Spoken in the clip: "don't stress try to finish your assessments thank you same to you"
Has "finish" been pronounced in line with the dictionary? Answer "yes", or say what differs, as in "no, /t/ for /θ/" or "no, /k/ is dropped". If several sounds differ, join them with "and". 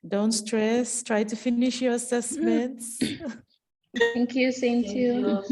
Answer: yes